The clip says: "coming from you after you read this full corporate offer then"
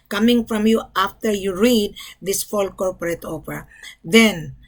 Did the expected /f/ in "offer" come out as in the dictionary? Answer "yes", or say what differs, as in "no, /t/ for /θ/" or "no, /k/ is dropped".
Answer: no, /p/ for /f/